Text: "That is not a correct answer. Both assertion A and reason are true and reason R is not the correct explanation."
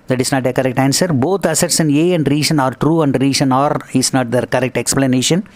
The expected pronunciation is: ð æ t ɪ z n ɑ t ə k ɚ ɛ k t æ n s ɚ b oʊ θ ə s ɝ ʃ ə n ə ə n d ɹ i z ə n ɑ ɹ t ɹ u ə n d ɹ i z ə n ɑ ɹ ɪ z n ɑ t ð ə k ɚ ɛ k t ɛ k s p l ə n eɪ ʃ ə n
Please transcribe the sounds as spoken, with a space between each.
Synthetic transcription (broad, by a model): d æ t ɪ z n ɑ t ə k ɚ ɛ k t æ n s ɚ b oʊ t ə s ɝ s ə n ə ə n d ɹ i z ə n ɑ ɹ t ɹ u ə n d ɹ i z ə n ɑ ɹ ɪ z n ɑ t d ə k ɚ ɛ k t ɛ k s p l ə n eɪ ʃ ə n